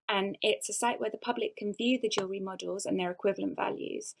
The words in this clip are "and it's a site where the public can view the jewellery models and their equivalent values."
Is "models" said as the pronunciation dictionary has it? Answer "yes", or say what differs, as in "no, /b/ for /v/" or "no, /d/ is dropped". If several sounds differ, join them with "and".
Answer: yes